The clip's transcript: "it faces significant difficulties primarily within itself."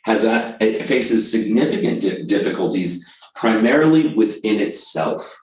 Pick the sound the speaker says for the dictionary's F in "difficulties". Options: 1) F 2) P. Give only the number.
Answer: 1